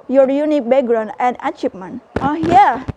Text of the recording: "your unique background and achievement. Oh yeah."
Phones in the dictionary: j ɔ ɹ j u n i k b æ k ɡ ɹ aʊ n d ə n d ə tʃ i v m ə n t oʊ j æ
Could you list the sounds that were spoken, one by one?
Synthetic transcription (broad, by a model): j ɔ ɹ j u n i k b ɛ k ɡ ɹ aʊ n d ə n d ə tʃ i p m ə n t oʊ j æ